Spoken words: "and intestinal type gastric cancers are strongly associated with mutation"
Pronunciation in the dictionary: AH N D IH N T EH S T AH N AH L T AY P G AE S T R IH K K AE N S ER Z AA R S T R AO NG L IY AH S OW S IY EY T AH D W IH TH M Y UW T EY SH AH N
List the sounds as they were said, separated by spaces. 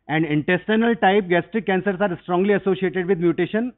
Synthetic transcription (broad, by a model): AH N D IH N T EH S T AH N AH L T AY P G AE S T R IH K K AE N S ER S AA R S T R AO NG L IY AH S OW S IY EY T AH D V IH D M Y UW T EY SH AH N